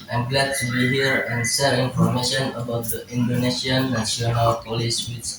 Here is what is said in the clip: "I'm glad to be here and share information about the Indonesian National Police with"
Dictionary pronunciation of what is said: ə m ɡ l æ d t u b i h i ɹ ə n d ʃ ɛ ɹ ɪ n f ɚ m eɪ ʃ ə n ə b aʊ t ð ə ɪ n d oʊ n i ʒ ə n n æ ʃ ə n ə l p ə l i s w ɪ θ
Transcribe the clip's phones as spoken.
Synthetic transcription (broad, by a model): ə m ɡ l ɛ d t u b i h i ɹ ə n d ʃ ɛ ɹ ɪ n f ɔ m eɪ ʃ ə n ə b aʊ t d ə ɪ n d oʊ n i ʃ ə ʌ n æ s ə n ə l p ə l i s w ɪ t